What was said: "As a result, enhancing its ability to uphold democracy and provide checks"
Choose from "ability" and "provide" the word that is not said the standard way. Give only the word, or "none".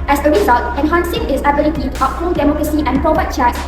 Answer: provide